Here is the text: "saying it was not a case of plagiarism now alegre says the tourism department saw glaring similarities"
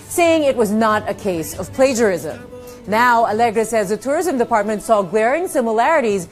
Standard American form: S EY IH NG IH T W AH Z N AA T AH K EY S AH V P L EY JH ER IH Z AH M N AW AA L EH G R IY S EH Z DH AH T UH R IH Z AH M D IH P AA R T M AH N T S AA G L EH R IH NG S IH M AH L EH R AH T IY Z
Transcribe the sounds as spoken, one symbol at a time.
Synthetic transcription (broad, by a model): S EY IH NG IH T W AH Z N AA T AH K EY S AH V P L EY JH ER IH Z AH M N AW AA L EH G R IY S EH Z DH AH T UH R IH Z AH M D IH P AA R T M AH N T S AA G W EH R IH NG S IH M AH L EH R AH T IY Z